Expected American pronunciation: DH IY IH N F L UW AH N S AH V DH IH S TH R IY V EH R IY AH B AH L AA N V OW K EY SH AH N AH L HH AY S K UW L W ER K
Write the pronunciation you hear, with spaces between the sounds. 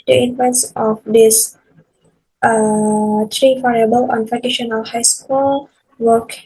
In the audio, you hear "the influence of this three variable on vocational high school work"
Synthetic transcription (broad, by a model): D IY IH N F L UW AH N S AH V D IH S T R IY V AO R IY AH B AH L AA N F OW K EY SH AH N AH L HH AY S K UW L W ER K